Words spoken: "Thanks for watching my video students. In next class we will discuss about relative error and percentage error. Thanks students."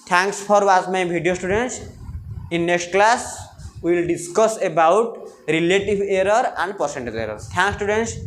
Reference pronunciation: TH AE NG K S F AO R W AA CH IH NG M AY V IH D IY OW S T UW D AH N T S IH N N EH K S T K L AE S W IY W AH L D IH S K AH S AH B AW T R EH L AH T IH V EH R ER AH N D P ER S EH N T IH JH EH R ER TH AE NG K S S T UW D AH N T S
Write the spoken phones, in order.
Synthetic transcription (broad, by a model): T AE NG K S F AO R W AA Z M AY B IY D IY OW S T UW D AH N T S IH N N EH K S T K L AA S W IY L D IH S K AH S AH B AW T R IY L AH T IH B EH R ER AH N D P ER S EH N T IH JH EH R ER T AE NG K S S T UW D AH N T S